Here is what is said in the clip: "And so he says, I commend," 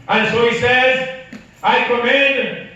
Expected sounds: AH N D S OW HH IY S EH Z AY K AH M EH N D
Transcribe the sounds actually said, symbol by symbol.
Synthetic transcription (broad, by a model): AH N S OW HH IY S EH Z AY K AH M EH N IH